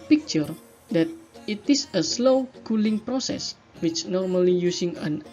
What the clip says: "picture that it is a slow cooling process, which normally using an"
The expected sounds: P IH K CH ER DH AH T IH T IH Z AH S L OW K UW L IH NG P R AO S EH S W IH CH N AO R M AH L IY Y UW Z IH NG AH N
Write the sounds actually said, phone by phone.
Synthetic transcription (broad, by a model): P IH K CH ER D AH T IH T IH S AH S L OW K UW L IH NG P R AO S EH S W IH CH N AO R M AH L IY Y UW S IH NG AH N